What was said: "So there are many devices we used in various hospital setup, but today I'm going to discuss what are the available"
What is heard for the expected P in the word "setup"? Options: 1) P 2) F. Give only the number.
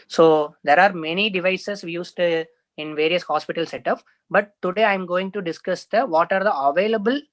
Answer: 2